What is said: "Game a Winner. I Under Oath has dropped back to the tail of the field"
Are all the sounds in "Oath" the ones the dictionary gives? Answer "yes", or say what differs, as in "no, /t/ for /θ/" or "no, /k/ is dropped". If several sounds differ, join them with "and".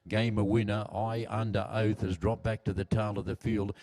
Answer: yes